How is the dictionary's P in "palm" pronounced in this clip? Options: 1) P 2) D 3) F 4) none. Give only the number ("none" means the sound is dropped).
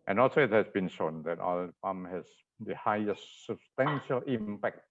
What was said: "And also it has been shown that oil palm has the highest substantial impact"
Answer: 3